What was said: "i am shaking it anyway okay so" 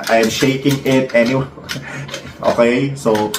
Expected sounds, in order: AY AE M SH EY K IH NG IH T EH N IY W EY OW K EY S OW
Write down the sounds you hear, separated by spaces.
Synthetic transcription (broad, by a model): AY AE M SH EY K IH NG IH T EH N IY W EY OW K EY S OW